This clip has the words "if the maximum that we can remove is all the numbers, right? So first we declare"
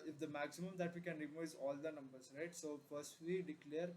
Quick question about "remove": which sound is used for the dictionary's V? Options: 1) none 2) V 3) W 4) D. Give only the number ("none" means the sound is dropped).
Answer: 1